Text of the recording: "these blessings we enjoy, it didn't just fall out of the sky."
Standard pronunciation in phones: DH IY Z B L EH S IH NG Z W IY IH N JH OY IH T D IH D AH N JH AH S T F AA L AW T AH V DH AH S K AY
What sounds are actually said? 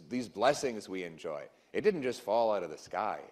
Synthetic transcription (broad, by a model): DH IY Z B L EH S IH NG Z W IY IH N JH OY IH T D IH D N JH AH S T F AA L AW T AH V DH AH S K AY